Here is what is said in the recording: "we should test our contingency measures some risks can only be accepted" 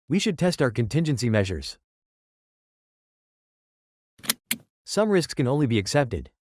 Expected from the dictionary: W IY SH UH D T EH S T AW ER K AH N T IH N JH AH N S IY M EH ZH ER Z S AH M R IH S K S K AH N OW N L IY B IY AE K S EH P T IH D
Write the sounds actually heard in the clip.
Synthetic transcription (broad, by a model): W IY SH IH D T EH S T AW ER K AH N T IH N JH AH N S IY M EH ZH ER Z S AH M R IH S K S K AH N OW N L IY B IY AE K S EH P T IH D